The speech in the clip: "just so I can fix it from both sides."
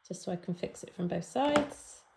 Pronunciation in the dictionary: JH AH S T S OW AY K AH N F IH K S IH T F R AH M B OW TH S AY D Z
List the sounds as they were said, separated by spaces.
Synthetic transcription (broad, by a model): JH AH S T S OW AY K AH N F IH K S IH T F R AH M B OW TH S AY D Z